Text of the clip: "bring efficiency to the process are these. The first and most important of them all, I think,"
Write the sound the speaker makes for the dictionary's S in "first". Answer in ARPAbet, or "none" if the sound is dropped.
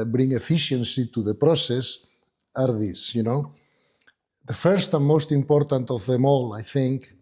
S